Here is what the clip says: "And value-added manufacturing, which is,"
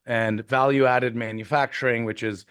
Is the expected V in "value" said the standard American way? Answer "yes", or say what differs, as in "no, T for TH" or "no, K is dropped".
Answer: yes